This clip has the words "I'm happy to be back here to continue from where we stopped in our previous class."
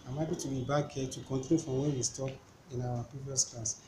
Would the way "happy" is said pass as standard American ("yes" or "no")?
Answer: no